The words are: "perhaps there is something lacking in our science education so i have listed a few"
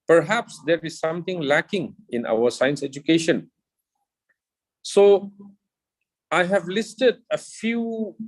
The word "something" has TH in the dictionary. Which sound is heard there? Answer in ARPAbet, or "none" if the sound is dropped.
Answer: T